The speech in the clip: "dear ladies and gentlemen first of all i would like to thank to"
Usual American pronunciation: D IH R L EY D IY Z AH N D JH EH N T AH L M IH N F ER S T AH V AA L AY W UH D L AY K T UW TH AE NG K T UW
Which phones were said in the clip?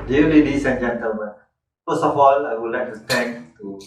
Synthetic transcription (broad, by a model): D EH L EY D IY S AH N JH EH N T AH L M IH N F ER S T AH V AA L AY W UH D L AY K T UW T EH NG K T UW